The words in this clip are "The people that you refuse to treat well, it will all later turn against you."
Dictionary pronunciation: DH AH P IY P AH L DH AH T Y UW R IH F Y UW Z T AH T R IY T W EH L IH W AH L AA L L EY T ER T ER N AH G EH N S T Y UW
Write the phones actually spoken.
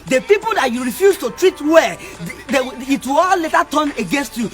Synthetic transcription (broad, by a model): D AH P IY P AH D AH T Y UW R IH F Y UW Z T AH T R IY T W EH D IH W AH W AA L L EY T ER T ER N AH G EH N S T Y UW